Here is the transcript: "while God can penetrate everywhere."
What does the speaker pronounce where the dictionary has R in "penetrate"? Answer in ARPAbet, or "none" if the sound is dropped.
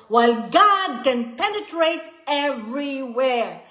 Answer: R